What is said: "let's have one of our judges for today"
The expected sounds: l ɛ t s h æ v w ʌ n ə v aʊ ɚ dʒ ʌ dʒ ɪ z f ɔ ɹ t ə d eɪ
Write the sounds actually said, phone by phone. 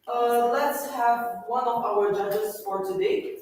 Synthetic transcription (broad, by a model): l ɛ t s h æ v w ʌ n ə v aʊ ɚ dʒ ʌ dʒ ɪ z f ɔ ɹ t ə d eɪ